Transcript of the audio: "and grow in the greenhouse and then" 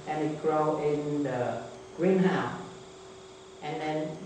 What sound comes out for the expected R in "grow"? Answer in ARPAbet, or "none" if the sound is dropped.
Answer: R